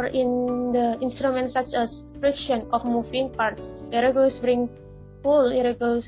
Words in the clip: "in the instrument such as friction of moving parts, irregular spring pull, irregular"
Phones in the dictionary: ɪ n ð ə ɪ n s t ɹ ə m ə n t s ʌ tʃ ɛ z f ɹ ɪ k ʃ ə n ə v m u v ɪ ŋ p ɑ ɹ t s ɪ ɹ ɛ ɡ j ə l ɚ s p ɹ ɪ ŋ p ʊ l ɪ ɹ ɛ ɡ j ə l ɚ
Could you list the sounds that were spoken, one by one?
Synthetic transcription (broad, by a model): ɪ n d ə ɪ n s t ɹ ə m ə n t s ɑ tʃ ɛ s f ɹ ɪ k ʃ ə n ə f m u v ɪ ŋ p ɑ ɹ t s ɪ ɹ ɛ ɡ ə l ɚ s b ɹ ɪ ŋ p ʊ l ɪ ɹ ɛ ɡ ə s